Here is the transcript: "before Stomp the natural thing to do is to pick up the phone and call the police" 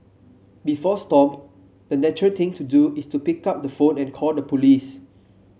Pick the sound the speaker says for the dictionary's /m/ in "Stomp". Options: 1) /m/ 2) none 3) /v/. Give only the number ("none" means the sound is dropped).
2